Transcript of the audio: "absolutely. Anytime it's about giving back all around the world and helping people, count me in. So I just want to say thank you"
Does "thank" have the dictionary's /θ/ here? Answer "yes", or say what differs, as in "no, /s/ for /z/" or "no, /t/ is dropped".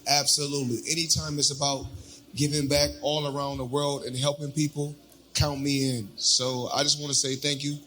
yes